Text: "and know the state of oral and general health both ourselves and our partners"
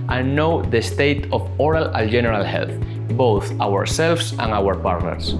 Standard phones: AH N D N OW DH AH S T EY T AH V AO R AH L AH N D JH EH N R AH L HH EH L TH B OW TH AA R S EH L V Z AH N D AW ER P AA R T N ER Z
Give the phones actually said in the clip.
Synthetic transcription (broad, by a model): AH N N OW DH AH S T EY T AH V AO R AH L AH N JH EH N R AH L HH EH L TH B OW TH AA R S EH L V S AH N AW ER P AA R T N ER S